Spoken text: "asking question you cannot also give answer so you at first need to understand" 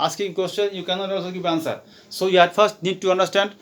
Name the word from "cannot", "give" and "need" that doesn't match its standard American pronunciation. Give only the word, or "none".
give